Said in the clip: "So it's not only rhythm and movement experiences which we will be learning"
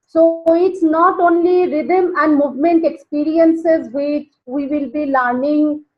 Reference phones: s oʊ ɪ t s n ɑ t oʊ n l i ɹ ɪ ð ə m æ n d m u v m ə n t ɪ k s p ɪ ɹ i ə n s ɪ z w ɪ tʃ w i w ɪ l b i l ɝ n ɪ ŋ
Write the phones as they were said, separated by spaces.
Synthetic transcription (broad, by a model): s oʊ ɪ t s n ɑ t oʊ n l i ɹ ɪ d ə m æ n d m u v m ə n t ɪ k s p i ɹ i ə n s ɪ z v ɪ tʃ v i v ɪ l b i l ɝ n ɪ ŋ